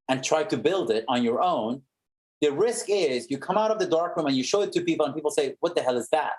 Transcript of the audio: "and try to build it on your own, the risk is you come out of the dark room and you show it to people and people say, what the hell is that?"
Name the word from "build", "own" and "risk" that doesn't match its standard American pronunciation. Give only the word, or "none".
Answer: none